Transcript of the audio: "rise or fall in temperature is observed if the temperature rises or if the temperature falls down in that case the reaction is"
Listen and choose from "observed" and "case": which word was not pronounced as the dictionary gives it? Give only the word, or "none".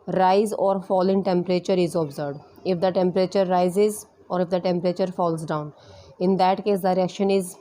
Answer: observed